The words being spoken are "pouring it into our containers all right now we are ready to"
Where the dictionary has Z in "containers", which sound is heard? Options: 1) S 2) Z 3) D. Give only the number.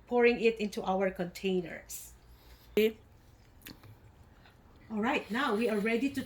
1